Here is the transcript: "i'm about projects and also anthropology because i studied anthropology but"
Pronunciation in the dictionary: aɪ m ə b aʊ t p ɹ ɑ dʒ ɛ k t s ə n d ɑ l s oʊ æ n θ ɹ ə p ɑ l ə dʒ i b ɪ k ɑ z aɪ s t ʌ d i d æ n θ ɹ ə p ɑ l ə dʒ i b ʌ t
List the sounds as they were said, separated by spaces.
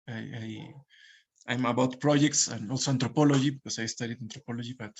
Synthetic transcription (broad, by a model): aɪ m ə b aʊ t p ɹ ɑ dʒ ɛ k t s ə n ɑ l s oʊ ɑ n t ɹ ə p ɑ l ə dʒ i b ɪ k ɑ s aɪ s t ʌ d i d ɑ n t ɹ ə p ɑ l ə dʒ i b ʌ t